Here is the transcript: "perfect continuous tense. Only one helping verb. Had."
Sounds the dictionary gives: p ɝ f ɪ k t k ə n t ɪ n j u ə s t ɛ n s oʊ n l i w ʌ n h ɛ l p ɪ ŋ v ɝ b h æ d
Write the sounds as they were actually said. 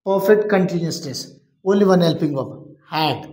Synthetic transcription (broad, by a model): p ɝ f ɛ k t k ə n t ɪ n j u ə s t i s oʊ n l i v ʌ n h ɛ l p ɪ ŋ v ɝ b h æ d